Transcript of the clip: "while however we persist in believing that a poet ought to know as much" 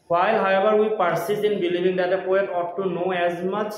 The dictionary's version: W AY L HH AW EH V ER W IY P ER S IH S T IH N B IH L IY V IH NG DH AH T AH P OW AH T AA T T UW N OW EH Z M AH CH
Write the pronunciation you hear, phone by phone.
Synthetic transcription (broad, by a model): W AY L HH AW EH B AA W IY P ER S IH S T IH N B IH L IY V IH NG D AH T AH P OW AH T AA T T UW N OW EH Z M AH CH